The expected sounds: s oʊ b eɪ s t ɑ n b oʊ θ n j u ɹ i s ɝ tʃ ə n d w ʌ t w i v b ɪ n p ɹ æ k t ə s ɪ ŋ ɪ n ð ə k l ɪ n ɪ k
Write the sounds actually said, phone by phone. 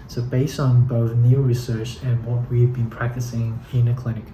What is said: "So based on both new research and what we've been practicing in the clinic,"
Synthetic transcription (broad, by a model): s oʊ b eɪ s t n b oʊ θ n j u ɹ i s ɝ tʃ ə n w ʌ t w i v b ɪ n p ɹ æ k t ə s ɪ ŋ ɪ n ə k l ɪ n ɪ k